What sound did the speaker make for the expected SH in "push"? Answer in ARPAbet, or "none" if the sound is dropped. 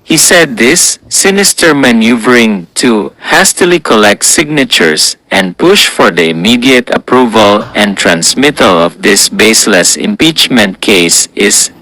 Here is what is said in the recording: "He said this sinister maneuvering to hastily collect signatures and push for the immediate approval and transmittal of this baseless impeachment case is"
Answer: SH